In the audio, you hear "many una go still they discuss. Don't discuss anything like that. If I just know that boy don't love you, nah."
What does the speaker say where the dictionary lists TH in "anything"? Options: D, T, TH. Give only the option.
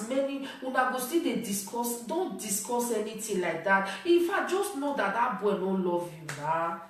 T